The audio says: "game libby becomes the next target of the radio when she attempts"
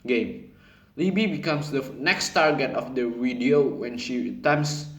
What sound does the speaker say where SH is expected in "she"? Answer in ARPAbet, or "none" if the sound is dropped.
SH